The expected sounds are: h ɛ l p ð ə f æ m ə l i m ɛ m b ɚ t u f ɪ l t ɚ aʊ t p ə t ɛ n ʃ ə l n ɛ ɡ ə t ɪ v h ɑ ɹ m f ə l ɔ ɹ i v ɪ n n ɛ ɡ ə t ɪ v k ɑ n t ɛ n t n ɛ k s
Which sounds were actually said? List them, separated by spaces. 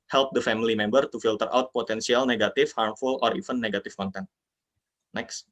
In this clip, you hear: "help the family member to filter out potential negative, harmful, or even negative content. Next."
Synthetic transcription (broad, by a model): h ɛ l p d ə f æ m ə l i m ɛ m b ɚ t u f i l t ɚ aʊ t p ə t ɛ n s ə l n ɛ ɡ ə t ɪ f h ɑ ɹ m f ə l ɔ ɹ i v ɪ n n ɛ ɡ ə t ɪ f k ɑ n t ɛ n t n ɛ k s